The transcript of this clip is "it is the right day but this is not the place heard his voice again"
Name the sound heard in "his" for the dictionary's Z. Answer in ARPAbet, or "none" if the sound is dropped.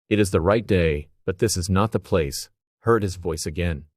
Z